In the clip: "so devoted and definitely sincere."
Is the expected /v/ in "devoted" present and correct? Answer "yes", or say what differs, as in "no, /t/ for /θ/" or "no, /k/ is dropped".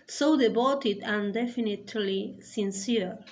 no, /b/ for /v/